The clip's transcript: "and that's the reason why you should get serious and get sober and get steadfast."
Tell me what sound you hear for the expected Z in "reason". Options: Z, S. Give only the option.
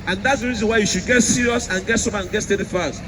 Z